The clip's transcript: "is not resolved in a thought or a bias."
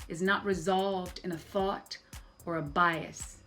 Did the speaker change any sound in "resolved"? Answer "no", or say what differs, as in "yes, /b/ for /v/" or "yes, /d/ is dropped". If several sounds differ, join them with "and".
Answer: no